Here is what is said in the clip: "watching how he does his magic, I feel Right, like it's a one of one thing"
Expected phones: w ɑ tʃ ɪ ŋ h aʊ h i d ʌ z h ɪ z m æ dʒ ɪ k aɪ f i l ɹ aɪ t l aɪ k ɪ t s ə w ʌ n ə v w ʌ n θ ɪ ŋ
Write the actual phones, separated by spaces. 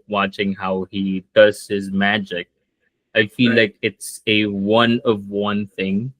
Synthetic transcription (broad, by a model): w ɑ tʃ ɪ ŋ h aʊ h i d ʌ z h ɪ z m æ dʒ ɪ k aɪ f i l l aɪ k ɪ t s ə w ʌ n ə v w ʌ n θ ɪ ŋ